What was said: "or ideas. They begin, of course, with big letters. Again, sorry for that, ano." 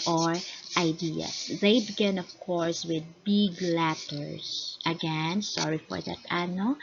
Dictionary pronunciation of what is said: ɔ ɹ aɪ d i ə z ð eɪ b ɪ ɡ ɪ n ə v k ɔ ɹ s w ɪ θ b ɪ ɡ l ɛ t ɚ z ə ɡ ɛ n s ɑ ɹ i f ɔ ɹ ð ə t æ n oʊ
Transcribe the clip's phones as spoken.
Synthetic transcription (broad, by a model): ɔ ɹ aɪ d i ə s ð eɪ b ɪ ɡ ɪ n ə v k ɔ ɹ s w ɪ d b ɪ ɡ l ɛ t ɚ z ə ɡ ɛ n s ɑ ɹ i f ɔ ɹ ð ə t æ n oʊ